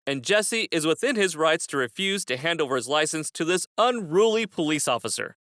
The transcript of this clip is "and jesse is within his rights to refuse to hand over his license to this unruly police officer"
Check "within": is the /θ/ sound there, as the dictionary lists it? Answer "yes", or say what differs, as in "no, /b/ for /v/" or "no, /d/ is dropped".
yes